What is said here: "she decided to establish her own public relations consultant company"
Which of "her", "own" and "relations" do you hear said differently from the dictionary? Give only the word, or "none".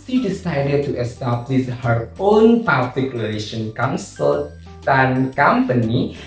relations